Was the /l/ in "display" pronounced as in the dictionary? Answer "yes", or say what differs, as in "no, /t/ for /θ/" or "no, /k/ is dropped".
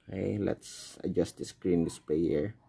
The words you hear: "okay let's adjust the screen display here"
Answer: no, /l/ is dropped